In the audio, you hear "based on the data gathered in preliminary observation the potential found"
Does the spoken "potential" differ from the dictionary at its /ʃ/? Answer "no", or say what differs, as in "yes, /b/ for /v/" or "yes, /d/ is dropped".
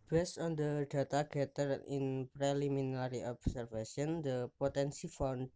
yes, /s/ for /ʃ/